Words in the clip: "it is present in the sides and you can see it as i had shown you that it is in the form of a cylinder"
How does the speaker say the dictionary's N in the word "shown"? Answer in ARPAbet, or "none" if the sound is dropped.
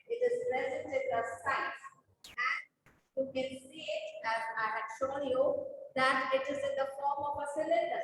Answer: L